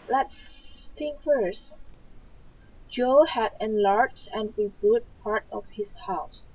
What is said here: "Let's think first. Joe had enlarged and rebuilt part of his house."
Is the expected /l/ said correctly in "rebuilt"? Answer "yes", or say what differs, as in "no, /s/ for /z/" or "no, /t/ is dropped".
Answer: no, /l/ is dropped